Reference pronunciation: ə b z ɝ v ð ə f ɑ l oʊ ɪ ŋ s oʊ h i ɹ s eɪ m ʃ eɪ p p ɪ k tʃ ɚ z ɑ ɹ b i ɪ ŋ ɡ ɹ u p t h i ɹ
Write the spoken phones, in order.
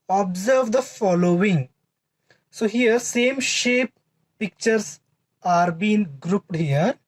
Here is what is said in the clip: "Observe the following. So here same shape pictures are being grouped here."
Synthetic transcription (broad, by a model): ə b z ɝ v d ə f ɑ l oʊ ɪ ŋ s oʊ h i ɹ s eɪ m ʃ eɪ p p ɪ k tʃ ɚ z ɑ ɹ b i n ɡ ɹ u p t h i ɹ